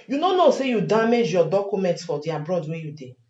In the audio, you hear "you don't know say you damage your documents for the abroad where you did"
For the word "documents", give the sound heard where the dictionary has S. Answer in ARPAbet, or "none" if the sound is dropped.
S